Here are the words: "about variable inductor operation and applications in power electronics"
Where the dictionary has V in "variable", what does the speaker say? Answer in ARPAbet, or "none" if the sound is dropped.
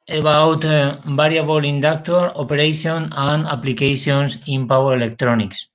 B